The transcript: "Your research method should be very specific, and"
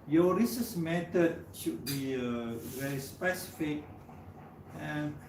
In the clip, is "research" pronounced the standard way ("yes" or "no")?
no